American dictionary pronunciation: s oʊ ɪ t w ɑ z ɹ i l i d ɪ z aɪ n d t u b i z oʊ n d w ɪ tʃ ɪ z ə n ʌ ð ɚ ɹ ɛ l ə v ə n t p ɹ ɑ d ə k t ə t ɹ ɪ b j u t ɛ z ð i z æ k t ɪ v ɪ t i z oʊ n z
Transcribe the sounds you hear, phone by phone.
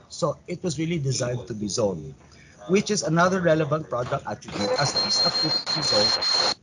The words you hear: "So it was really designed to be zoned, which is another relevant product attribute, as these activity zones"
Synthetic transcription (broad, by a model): s oʊ ɪ t w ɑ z ɹ i l i d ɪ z aɪ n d t u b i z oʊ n w ɪ tʃ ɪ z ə n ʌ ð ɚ ɹ ɛ l ə v ə n t p ɹ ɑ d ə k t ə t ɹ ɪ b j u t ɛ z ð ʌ æ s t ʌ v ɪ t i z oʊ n